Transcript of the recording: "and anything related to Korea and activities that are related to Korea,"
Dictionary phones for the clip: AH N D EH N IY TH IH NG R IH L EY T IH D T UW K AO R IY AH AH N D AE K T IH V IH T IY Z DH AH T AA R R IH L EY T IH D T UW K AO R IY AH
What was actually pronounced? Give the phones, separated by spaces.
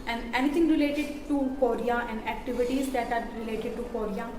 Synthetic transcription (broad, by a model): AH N D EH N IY T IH NG R IH L EY T IH D T UW K AO R IY AH AH N D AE K T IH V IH T IY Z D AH T AA R R IH L EY T IH D T UW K AO R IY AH